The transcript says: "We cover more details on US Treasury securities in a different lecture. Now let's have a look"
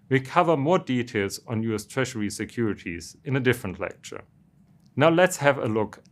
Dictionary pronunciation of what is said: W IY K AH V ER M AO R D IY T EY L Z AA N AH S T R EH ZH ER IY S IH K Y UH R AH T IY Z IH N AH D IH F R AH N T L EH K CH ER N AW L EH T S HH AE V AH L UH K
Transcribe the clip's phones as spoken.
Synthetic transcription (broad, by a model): W IY K AH V ER M AO R D IY T EY L Z N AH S T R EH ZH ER IY S IH K Y UH R AH T IY Z IH N AH D IH F R AH N T L EH K CH ER N AW L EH T S HH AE V AH L UH K